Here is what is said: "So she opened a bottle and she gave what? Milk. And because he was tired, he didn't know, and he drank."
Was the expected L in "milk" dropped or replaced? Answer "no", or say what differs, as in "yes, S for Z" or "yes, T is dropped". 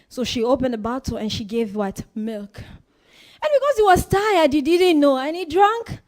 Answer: no